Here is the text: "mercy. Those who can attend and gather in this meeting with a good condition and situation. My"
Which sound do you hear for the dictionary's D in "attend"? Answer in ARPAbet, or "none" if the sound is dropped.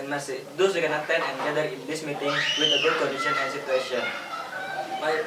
none